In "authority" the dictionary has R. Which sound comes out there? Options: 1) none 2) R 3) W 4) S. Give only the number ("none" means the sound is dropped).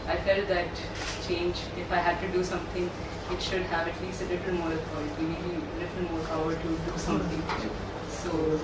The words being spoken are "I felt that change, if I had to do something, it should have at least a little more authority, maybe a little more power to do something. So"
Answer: 1